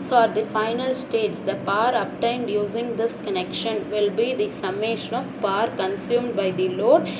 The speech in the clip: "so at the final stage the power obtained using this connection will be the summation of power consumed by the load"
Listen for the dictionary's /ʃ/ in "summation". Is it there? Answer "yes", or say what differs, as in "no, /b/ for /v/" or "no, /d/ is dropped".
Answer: yes